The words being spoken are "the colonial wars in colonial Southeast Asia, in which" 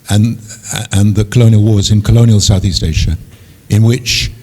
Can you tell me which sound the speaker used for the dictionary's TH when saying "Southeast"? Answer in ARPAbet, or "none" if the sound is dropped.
TH